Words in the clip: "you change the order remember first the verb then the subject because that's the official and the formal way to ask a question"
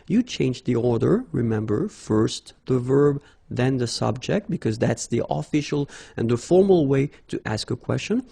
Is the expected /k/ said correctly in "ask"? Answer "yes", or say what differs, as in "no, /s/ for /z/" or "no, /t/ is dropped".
yes